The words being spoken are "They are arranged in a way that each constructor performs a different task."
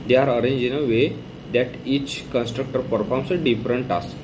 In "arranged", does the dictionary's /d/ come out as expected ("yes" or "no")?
no